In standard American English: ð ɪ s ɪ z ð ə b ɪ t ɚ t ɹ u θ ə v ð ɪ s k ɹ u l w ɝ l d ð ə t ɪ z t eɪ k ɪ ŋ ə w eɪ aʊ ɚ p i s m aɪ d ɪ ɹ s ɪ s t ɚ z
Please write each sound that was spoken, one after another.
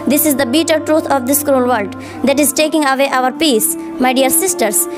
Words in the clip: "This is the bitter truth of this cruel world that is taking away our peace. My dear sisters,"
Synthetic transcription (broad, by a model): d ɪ s ɪ z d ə b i t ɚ t ɹ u t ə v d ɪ s k ɹ u l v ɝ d d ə t ɪ z t eɪ k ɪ ŋ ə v eɪ aʊ ɚ p i s m aɪ d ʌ ɹ s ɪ s t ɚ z